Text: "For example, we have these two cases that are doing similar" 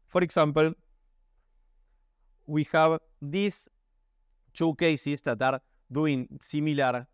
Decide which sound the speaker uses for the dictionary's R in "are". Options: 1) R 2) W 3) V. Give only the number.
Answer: 1